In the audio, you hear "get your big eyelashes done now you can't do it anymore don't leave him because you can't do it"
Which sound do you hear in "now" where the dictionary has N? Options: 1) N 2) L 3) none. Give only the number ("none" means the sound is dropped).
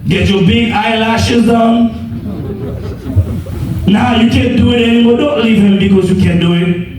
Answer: 1